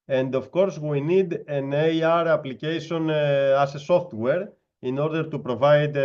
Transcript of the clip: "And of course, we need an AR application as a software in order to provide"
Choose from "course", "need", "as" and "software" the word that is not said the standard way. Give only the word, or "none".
as